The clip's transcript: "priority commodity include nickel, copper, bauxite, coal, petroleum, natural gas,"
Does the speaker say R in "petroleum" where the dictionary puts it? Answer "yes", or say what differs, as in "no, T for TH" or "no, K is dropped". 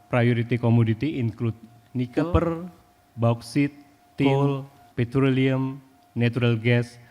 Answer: yes